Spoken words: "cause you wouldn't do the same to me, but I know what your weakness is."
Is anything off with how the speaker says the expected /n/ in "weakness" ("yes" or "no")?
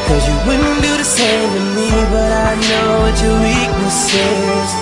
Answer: yes